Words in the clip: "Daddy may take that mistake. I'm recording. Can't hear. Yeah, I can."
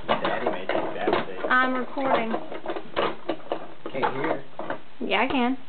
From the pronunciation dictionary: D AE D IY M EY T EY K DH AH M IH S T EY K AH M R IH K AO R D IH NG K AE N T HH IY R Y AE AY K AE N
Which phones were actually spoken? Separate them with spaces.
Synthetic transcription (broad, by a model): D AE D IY M EY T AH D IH T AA AH M R IH K AO R D IH NG K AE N HH IY R Y AE AY K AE N